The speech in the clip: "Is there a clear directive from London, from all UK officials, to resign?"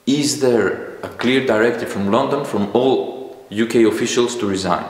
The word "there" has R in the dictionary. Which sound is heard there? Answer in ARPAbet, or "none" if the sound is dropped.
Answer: R